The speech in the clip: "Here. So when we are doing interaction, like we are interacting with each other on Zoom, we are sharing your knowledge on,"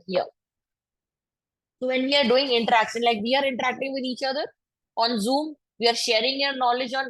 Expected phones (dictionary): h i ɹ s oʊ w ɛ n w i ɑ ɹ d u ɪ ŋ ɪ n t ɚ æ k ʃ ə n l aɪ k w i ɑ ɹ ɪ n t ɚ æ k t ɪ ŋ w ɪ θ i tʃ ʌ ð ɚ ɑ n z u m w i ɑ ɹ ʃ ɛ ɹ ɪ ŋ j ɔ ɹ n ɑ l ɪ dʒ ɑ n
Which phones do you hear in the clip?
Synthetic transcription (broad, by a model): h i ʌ s oʊ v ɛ n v i ɑ ɹ d u ɪ ŋ ɪ n t ɚ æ k s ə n l aɪ k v i ɑ ɹ ɪ n t ɚ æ k t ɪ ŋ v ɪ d i tʃ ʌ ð ɚ ɑ n z u m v i ɑ ɹ ʃ ɛ ɹ ɪ ŋ j ɔ ɹ n ɑ l ɪ dʒ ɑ n